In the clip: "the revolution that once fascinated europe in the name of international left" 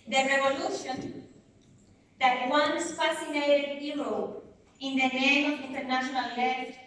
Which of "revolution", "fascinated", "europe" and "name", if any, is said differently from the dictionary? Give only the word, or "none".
europe